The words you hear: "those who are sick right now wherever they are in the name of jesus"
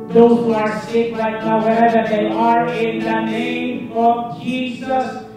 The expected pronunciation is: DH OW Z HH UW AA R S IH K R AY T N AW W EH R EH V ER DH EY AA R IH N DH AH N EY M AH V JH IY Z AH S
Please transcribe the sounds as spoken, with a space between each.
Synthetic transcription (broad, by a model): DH OW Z HH UW AA R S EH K L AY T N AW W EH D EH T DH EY AA R IH N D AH N EY M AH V JH IY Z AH S